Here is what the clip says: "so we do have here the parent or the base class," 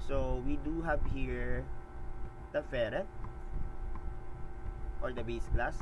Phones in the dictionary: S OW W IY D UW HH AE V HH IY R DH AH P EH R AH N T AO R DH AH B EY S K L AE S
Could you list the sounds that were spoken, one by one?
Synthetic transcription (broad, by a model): S OW W IY D UW HH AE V HH IY R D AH F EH R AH T AO R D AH B EY S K L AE S